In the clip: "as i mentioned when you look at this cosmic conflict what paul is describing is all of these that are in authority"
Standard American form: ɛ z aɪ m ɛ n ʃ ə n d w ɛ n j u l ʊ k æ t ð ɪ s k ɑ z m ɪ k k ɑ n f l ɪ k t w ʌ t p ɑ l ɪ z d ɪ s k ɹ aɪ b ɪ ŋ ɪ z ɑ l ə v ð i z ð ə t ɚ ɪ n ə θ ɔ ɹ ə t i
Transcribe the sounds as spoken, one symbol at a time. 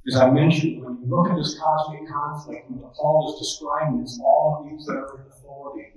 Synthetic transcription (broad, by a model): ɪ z aɪ m ɛ n ʃ ə n d w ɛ n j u l ʊ k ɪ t ð ɪ s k ɑ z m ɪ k k ɑ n f l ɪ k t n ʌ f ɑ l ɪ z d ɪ s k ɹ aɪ ɪ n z ɑ l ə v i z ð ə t ɚ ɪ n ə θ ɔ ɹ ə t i